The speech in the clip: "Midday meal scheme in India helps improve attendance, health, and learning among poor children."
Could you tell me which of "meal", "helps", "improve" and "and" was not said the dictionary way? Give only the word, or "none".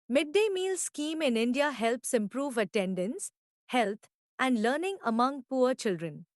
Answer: none